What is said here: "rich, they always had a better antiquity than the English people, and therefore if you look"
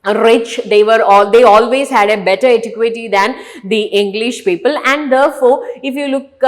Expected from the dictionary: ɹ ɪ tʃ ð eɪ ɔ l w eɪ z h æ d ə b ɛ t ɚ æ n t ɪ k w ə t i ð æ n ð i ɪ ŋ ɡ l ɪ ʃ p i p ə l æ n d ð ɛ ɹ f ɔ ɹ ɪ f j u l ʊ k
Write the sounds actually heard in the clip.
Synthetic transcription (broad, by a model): ɹ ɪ tʃ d eɪ ɔ l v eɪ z h æ d ə b ɛ t ɚ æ t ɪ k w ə t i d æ n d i ɪ ŋ ɡ l ɪ ʃ p i p ə l æ n d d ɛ ɹ f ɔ ɹ ɪ f j u l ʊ k